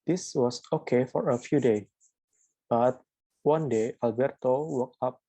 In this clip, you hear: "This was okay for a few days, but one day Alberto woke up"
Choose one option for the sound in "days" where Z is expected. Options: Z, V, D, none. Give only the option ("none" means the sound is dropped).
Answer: none